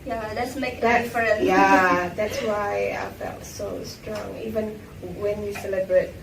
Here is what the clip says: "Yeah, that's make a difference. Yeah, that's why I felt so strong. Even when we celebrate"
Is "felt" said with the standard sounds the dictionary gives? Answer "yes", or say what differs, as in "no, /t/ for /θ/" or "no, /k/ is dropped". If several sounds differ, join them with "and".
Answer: yes